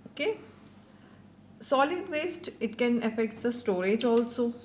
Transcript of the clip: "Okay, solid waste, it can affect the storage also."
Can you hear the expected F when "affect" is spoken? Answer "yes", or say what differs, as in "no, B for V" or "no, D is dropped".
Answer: yes